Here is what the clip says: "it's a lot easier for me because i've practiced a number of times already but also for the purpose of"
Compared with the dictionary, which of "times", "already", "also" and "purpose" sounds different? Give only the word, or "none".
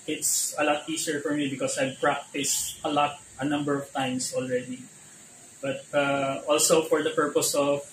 times